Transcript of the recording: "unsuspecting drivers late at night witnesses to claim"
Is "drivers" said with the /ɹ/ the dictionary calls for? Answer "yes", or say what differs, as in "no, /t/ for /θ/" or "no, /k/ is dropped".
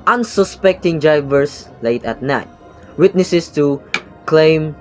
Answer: no, /ɹ/ is dropped